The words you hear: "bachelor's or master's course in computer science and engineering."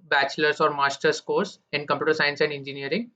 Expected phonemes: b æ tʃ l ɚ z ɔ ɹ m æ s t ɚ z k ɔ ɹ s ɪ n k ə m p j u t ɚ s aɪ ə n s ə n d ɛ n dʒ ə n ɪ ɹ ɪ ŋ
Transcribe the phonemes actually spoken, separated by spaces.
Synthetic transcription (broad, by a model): b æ tʃ l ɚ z ɔ ɹ m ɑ s t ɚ s k ɔ ɹ s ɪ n k ə m p j u t ɚ s aɪ ə n s ə n d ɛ n dʒ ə n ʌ ɹ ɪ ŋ